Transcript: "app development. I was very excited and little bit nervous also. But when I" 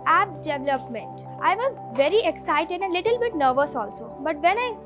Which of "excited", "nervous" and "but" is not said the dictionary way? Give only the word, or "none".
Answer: none